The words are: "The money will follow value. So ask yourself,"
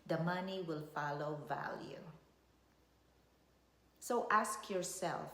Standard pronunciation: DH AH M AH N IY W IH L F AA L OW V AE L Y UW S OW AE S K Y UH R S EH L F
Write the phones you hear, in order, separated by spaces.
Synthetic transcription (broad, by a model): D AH M AH N IY W IH L F AA L OW V AE L Y UW S OW AE S K Y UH R S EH L F